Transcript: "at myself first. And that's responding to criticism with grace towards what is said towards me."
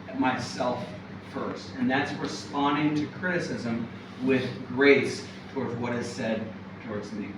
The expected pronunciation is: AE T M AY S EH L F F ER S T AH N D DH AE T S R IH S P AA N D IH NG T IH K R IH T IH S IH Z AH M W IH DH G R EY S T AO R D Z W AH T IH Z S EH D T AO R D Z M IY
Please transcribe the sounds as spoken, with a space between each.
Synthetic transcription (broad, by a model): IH T M AY S EH L F F ER S T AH N DH AE T S R IH S P AA N D IH NG T IH K R IH T IH S IH Z AH M W IH DH G R EY S T AO R D Z W AH T IH Z S EH D T AO R D Z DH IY